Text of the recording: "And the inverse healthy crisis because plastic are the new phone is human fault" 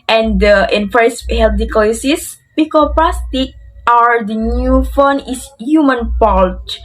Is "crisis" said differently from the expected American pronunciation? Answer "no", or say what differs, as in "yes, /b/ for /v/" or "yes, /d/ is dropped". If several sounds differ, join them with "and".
yes, /ɹ/ is dropped